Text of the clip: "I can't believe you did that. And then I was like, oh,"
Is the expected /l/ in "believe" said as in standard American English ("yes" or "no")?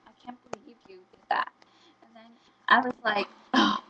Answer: no